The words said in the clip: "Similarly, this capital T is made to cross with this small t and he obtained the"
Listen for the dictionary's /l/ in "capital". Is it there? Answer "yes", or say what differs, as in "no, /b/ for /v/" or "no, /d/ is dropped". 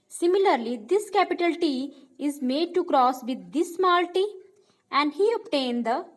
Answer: yes